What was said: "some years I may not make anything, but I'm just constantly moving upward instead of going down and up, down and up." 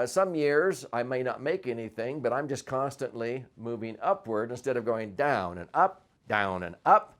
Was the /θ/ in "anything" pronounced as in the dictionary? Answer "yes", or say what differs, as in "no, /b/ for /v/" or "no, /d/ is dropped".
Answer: yes